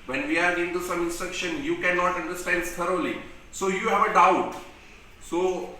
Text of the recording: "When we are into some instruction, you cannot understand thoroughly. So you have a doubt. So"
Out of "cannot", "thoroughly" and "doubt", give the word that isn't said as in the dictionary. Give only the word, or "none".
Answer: thoroughly